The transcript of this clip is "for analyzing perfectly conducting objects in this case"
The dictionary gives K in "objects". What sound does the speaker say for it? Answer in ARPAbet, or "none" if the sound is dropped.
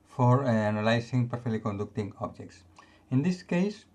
K